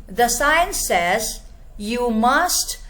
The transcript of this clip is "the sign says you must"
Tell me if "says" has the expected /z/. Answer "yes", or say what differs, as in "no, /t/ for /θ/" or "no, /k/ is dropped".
yes